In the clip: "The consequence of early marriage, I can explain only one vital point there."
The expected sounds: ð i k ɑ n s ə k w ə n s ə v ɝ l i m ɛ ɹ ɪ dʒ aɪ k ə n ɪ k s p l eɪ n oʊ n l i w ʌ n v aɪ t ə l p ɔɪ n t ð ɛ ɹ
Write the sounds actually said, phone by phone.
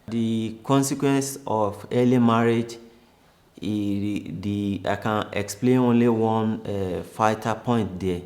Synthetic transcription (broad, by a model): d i k ɑ n s ə k w ə n s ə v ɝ l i m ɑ ɹ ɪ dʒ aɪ k ə n ɪ k s p l eɪ n oʊ n l i w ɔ n f aɪ t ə p ɔɪ n t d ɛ